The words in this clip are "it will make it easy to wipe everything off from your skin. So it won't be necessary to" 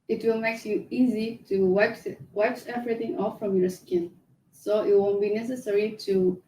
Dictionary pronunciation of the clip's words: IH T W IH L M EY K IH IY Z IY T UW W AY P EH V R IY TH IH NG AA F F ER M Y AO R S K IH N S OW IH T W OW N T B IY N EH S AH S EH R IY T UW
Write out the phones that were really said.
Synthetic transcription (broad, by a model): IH T W IH L M EY K IH IY Z IY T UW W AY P EH V R IY TH IH NG AA F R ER M Y AO R S K IH N S OW IH T W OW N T B IY N EH S AH S EH R IY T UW